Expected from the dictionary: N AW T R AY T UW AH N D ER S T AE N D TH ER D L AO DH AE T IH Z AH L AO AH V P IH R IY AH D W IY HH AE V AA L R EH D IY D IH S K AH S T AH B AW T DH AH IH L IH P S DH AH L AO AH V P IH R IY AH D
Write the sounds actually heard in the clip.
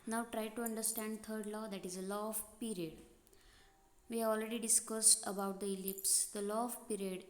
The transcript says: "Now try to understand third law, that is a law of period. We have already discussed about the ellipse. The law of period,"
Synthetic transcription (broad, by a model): N AW T R AY T UW AH N D ER S T AE N D T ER D L AO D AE T IH Z AH L AO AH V P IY R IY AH D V IY HH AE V AA L R EH D IY D IH S K AH S T AH B AW T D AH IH L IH P S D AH L AO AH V P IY R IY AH D